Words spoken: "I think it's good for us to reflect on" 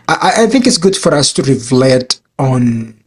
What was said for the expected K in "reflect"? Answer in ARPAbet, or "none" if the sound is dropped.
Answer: none